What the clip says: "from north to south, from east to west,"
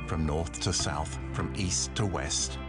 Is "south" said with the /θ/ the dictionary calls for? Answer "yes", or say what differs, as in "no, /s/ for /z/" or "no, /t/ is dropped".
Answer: yes